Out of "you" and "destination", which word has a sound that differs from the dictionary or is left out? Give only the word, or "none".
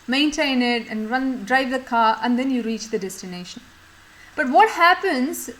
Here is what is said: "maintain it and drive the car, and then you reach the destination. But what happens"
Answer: none